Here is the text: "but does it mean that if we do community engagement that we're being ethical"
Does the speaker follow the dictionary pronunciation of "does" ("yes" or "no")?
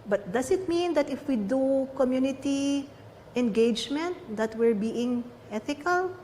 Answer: no